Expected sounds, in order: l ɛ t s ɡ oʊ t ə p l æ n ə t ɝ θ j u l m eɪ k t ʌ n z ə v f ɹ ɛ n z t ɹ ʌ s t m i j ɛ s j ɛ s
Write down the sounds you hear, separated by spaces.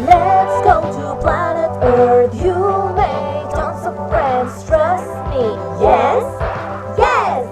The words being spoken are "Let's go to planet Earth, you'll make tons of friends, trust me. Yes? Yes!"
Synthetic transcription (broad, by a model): l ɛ t s ɡ oʊ t ə p l æ n ə t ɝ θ j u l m eɪ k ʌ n s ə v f ɹ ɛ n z t ɹ ʌ s t m i j ɛ s j ɛ s